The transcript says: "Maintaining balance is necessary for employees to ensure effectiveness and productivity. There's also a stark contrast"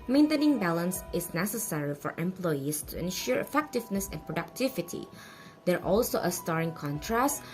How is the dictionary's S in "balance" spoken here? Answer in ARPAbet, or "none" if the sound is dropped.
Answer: S